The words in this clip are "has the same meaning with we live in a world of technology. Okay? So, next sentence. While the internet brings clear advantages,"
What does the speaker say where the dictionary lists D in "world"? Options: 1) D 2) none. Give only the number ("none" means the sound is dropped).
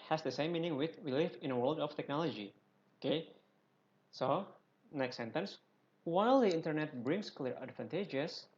1